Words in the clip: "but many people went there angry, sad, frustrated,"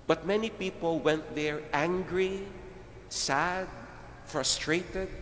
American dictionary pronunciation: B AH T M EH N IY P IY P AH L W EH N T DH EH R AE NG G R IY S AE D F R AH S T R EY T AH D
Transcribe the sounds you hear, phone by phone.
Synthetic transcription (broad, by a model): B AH T M EH N IY P IY P AH L W EH N T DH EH R AE NG G R IY S AE D F R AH S T R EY T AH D